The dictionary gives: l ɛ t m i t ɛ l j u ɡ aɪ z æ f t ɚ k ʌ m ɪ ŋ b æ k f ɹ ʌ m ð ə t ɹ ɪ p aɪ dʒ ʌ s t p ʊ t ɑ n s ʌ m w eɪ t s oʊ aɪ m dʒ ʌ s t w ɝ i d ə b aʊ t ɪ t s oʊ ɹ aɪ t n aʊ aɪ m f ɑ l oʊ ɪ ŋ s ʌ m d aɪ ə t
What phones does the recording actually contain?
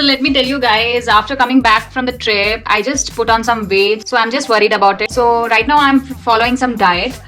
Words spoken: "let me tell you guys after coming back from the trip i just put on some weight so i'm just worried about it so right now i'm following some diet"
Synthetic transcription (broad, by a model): l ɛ t m i t ɛ l j u ɡ aɪ z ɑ f t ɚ k ʌ m ɪ ŋ b æ k f ɹ ʌ m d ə t ɹ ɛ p aɪ dʒ ʌ s t p ʊ t ɑ n s ʌ m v eɪ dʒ s oʊ aɪ m dʒ ʌ s t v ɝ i d ə b aʊ t ɪ t s oʊ ɹ aɪ t n aʊ aɪ m f ɑ l oʊ ɪ ŋ s ʌ m d aɪ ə t